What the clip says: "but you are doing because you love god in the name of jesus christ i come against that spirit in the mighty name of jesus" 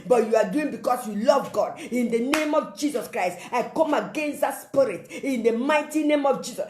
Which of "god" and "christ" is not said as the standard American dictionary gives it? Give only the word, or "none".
none